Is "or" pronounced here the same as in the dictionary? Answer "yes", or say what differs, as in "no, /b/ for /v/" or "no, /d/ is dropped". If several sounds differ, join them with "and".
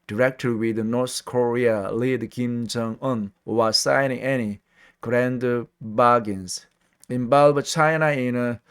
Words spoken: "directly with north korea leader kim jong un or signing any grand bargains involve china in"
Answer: no, /w/ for /ɹ/